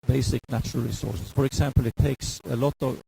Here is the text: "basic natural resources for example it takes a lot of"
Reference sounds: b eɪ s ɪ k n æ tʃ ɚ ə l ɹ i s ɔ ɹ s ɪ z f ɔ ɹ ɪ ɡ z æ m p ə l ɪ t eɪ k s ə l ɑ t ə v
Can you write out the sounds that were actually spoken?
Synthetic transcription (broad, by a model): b eɪ s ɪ k n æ tʃ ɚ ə l ɹ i s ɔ ɹ s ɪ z f ɔ ɹ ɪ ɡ s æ m p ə l ɪ t eɪ k s ə l ɑ t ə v